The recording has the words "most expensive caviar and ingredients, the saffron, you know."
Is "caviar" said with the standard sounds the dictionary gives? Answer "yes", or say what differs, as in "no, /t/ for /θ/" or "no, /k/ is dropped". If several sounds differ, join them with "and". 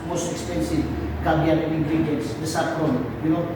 no, /b/ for /v/